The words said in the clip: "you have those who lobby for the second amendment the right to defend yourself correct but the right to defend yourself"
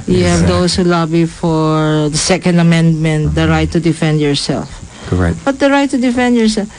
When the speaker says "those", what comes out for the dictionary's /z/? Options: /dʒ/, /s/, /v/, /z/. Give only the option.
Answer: /s/